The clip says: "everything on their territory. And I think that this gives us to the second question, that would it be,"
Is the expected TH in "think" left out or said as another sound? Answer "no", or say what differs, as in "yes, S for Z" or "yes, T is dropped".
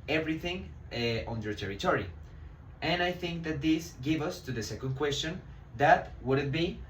no